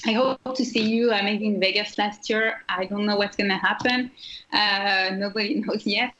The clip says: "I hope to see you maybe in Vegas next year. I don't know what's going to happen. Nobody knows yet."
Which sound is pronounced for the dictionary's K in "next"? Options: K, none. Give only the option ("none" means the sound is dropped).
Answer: none